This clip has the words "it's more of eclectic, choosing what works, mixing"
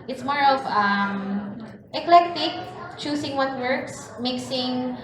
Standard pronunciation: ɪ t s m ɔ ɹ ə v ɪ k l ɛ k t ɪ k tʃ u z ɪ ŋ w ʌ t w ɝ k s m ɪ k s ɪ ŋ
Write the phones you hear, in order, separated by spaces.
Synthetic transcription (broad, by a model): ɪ t s m ɔ ɹ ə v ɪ k l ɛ k t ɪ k tʃ u s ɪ ŋ w ʌ t w ɝ k s m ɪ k s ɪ ŋ